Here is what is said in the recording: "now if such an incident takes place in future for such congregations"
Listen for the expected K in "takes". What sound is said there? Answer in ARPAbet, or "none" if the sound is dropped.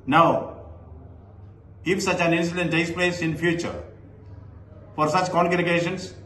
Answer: none